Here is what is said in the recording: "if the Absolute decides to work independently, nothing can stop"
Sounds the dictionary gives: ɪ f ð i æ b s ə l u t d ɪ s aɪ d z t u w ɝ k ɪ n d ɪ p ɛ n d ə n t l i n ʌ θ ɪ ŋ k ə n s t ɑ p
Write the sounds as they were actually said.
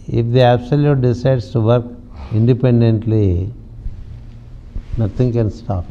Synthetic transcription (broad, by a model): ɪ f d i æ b s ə l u t d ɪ s aɪ d s t u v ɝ k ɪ n d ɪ p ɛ n d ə n t l i n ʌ t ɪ ŋ k ə n s t ɑ p